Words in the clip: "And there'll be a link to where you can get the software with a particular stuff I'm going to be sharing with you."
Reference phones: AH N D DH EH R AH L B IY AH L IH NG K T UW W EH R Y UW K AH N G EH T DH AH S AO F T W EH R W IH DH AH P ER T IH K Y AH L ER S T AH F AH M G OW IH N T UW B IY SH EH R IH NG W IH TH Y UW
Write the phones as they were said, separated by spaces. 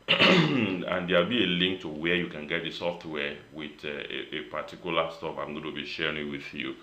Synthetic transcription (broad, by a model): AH N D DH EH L B IY AH L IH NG K T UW W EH Y UW K AH N G EH T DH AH S AO F T W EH W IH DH AH P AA T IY K Y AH L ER S T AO P AH M G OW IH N T UW B IY SH EH R IH NG W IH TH Y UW